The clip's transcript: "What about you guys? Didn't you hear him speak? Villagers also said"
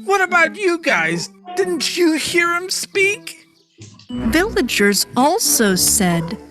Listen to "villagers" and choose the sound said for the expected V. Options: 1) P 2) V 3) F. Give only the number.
2